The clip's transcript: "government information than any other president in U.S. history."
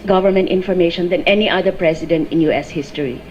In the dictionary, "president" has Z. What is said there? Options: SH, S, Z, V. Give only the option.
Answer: S